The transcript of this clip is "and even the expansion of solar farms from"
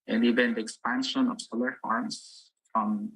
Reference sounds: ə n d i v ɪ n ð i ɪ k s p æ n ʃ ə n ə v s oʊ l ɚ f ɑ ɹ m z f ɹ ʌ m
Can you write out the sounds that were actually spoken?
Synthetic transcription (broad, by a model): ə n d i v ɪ n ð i ɪ k s p æ n ʃ ə n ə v s oʊ l ɚ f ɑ ɹ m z f ɹ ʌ m